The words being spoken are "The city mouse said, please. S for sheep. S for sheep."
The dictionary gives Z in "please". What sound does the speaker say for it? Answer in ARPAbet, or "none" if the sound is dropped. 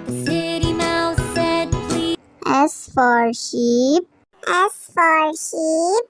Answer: none